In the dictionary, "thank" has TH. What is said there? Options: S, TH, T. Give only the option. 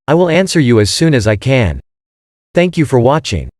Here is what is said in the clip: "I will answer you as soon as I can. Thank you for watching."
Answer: TH